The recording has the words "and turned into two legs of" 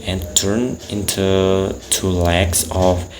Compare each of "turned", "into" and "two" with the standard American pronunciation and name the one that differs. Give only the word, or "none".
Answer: turned